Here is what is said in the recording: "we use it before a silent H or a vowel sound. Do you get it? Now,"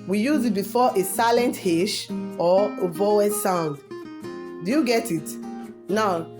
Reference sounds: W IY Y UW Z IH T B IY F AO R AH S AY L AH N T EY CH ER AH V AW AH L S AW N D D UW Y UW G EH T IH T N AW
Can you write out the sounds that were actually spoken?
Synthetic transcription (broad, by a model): W IY Y UW Z IH T B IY F AO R AH S AY L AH N T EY SH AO AH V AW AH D S AW N D D UW Y UW G EH T IH T N AW